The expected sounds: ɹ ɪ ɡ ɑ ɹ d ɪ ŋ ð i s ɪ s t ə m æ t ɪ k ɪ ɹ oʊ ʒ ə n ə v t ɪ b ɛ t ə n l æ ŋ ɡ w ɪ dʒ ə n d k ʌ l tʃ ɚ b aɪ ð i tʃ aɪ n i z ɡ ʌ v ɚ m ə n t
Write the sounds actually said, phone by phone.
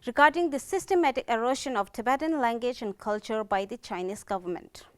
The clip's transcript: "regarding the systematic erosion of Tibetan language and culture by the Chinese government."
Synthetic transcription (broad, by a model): ɹ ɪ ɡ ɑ ɹ d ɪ ŋ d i s ɪ s t ə m æ t ɪ k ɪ ɹ oʊ ʃ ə n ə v t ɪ b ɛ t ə n l æ ŋ ɡ w ɪ dʒ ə n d k ʌ l tʃ ɚ b aɪ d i tʃ aɪ n i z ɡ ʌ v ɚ m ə n t